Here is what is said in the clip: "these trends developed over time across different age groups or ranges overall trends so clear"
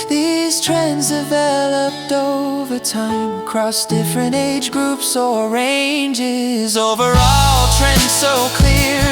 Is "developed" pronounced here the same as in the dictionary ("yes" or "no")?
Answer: yes